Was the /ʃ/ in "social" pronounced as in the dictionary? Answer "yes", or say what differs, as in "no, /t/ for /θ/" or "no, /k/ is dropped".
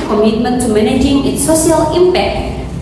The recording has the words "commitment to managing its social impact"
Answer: no, /ʃ/ is dropped